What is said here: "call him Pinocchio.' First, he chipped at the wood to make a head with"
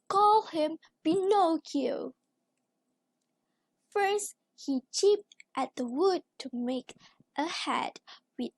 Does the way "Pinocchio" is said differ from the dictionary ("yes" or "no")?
yes